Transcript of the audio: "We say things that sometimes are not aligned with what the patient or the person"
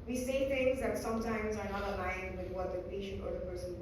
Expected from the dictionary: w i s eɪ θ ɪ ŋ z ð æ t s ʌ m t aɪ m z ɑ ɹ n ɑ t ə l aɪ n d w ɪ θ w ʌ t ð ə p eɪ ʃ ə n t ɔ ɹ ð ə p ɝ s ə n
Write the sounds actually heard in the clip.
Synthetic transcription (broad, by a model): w i s eɪ t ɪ ŋ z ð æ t s ʌ m t aɪ m z ɑ ɹ n ɑ t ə l aɪ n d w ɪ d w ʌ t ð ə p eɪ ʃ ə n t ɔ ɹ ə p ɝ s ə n